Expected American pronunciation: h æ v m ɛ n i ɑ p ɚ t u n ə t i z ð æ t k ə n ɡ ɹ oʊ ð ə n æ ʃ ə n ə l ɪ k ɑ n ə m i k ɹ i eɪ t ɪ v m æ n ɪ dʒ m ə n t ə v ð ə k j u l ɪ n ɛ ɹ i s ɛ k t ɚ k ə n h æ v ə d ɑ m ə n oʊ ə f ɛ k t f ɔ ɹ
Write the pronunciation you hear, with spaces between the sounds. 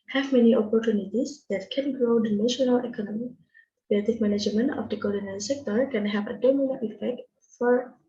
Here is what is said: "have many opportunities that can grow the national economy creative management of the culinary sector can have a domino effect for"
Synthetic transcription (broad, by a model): h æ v m ɛ n i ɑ p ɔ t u n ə t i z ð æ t k ə n ɡ ɹ oʊ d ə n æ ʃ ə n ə l ɪ k ɑ n ə m i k l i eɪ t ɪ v m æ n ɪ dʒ m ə n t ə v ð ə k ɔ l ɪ n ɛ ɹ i s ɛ k t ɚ k ə n h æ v ə d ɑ m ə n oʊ ə f ɛ k t f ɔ ɹ